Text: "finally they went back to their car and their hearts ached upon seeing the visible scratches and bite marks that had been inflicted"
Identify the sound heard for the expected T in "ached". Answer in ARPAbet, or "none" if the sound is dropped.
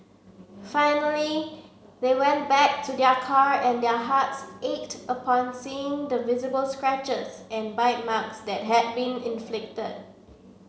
T